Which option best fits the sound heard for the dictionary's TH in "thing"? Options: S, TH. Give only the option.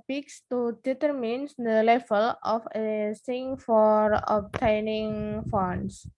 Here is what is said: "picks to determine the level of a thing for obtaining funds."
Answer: S